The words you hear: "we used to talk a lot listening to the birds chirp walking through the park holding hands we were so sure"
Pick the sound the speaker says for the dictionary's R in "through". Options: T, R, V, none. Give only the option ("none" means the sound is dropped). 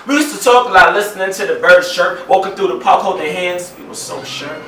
none